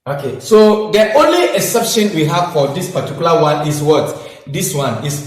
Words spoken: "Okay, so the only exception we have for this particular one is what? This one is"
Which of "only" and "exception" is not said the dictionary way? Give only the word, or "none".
exception